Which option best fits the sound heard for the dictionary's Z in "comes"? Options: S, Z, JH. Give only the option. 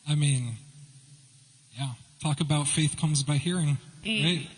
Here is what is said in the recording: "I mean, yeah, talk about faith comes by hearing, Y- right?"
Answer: Z